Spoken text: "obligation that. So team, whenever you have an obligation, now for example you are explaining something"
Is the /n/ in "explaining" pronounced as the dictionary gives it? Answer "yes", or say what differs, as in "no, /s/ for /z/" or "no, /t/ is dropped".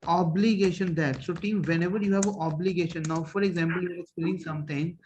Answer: no, /l/ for /n/